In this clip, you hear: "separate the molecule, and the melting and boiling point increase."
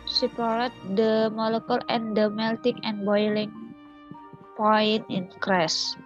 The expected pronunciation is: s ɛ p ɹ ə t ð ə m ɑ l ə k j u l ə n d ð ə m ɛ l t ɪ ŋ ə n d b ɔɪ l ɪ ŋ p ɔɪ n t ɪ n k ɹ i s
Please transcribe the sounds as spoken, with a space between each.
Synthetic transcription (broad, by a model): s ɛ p ɹ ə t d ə m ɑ l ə k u l ə n d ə m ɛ l t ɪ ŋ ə n b ɔɪ l ɪ ŋ p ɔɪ n ɪ n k ɹ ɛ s